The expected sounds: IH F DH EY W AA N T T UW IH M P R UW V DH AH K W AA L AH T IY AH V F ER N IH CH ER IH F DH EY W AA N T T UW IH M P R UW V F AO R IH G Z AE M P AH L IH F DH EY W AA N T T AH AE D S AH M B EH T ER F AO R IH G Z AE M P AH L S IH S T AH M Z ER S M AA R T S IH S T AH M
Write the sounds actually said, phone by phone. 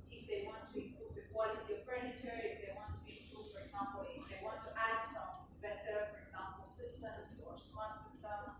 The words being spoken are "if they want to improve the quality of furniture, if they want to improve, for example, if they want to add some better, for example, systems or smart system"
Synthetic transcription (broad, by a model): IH F DH EY W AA N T T UW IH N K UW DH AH K W AA L AH T IY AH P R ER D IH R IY IH F DH EY W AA N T T UW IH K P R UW F AO R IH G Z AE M P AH L IH F DH EY W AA N T T AE D S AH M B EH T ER F AO R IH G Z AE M P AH L S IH S T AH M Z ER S AA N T S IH S T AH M